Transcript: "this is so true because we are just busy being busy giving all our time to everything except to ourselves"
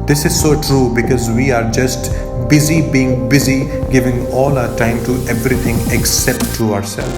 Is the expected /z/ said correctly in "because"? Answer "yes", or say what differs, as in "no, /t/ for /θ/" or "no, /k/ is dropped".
yes